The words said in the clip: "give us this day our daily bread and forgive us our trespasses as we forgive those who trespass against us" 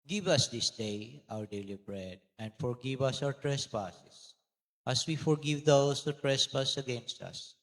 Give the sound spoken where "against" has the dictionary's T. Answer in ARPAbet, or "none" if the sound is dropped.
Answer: T